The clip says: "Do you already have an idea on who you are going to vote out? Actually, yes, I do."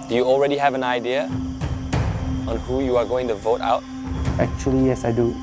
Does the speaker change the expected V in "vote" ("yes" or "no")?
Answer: no